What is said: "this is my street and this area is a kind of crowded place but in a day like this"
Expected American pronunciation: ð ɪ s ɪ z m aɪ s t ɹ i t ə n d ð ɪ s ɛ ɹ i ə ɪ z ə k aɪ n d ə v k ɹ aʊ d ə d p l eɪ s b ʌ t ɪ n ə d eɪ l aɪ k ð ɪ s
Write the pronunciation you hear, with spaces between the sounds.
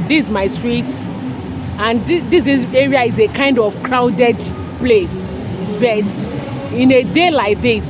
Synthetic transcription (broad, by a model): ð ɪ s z m aɪ s t ɹ i t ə n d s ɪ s ɛ ɹ i ə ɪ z ə k aɪ n d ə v k ɹ aʊ d ə d p l eɪ s b ʌ t ɪ n ə d eɪ l aɪ k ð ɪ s